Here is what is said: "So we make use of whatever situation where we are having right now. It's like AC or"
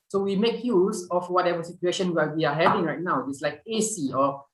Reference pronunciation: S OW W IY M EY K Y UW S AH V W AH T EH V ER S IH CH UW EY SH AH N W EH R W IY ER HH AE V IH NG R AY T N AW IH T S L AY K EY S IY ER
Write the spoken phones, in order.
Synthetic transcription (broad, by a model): S OW W IY M EY K Y UW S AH F W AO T EH V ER S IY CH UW EY SH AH N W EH L W IY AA HH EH V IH NG R AY T N AW IH T S L AY K EY S IY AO